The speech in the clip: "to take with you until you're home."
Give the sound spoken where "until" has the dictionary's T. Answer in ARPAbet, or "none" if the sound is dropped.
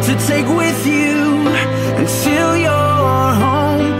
S